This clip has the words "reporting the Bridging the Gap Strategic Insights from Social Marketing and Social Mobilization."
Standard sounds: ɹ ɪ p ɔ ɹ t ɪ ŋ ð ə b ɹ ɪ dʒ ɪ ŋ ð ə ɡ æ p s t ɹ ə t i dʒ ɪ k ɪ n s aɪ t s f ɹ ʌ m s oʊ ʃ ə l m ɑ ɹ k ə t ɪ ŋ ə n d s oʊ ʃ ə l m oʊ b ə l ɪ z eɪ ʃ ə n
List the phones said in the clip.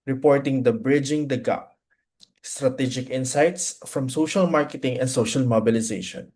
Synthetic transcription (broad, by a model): ɹ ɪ p ɔ ɹ t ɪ ŋ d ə b ɹ ɪ dʒ ɪ ŋ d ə ɡ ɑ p s t ɹ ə t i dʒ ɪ k ɪ n s aɪ t s f ɹ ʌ m s oʊ ʃ ə l m ɑ ɹ k ə t ɪ ŋ ə n d s oʊ ʃ ə l m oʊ b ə l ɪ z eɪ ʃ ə n